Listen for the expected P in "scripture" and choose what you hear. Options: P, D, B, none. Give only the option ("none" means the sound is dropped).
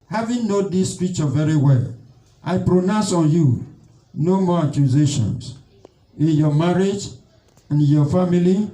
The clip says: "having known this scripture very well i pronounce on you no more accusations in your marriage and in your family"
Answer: none